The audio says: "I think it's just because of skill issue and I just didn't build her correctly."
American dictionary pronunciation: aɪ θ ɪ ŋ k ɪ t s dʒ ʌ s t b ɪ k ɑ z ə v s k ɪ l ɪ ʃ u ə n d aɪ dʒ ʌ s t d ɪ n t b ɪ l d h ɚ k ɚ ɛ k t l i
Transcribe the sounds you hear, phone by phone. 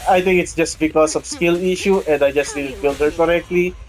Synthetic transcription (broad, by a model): aɪ t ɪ ŋ k ɪ t s dʒ ʌ s t b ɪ k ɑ s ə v s k ɪ l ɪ ʃ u ə n d aɪ dʒ ʌ s t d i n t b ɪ l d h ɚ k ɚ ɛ k t l i